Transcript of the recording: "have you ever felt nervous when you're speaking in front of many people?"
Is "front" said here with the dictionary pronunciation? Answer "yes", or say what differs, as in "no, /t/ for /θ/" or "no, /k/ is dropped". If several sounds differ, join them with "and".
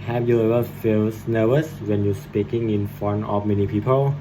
no, /t/ is dropped